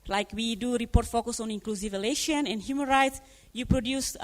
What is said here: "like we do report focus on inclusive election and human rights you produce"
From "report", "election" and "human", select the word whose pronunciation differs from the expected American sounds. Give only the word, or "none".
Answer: election